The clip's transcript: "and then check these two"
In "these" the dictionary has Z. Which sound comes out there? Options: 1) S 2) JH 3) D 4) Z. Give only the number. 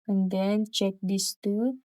1